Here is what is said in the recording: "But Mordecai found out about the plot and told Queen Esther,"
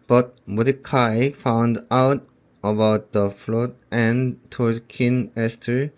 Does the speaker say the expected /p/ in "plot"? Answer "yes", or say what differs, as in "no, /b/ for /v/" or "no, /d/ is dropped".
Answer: no, /f/ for /p/